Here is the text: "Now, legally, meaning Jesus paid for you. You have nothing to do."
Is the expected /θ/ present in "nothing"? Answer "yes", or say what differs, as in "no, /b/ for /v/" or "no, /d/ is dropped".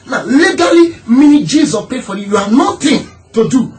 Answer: no, /t/ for /θ/